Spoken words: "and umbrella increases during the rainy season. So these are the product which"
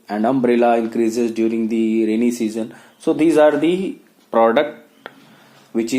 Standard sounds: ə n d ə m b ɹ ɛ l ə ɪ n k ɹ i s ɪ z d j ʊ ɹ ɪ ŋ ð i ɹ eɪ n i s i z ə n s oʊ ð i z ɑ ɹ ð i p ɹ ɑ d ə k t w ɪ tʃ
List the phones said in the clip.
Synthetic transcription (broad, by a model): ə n d ə m b ɹ ɛ l ə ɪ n k ɹ i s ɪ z d j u ɹ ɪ ŋ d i ɹ eɪ n i s i z ə n s oʊ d i z ɑ ɹ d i p ɹ ɑ d ə k t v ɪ tʃ